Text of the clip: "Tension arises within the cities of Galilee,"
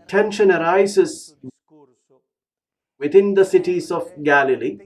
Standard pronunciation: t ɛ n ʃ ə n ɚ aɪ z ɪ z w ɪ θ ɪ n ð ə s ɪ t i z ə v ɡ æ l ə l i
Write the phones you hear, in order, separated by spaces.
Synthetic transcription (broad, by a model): t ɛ n ʃ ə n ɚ aɪ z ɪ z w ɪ t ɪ n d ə s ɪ t i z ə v ɡ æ l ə l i